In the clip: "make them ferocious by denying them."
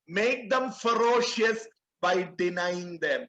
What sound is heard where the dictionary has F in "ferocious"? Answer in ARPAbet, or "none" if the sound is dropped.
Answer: F